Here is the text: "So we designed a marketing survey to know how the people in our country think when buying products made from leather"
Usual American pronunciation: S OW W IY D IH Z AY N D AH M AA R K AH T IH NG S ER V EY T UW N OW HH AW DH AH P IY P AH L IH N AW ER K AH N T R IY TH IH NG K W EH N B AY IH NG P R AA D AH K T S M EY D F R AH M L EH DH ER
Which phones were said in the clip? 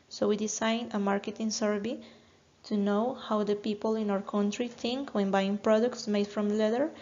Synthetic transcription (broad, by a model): S OW W IY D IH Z AY N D AH M AA R K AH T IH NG S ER B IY T UW N OW HH AW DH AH P IY P AH L IH N AW ER K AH N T R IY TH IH NG K W EH N B AY IH NG P R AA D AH K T S M EY D F R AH M L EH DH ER